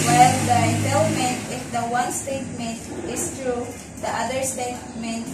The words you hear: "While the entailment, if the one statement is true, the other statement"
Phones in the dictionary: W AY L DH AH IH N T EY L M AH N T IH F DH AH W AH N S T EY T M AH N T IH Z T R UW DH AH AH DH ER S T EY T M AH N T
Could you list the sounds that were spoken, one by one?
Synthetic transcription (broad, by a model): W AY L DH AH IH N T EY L M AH N T IH F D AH W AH N S T EY T M AH N T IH S T R UW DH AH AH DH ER S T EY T M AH N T